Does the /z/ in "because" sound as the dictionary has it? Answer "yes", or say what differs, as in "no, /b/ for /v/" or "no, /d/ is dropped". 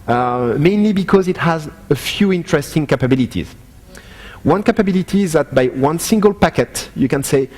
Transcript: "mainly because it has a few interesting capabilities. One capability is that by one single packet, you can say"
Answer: yes